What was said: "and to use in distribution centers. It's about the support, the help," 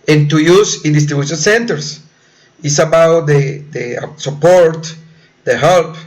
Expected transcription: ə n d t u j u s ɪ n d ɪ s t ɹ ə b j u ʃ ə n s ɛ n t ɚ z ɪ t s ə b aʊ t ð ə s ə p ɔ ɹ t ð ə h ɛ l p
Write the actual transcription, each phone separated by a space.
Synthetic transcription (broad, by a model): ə n t u j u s ɪ n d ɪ s t ɹ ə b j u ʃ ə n s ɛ n t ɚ s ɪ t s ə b aʊ t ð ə s ə p ɔ ɹ t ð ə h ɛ l p